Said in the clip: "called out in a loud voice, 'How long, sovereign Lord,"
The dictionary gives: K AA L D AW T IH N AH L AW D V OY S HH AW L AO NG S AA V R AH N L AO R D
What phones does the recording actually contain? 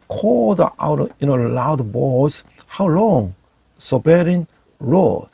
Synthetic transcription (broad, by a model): K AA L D AW T IH N AH L AW D B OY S HH AW L AO NG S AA B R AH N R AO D